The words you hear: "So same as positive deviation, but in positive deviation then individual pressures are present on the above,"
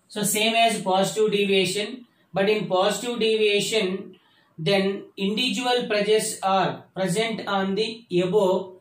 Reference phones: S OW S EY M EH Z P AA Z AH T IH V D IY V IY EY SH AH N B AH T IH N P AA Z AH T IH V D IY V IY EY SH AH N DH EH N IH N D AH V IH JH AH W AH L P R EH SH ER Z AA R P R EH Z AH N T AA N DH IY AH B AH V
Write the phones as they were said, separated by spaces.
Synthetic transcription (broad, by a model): S OW S EY M EH Z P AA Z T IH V D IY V EY SH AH N B AH T IH N P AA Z T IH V D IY V EY SH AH N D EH N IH N D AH V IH JH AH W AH L P R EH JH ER S AA R P R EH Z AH N T AA N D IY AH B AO